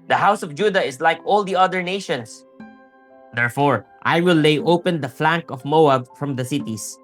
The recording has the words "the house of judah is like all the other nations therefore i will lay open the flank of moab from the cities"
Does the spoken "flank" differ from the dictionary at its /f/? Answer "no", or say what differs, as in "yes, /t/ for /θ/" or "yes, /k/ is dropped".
no